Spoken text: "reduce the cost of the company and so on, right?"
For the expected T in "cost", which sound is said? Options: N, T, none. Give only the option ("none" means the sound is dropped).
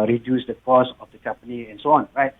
none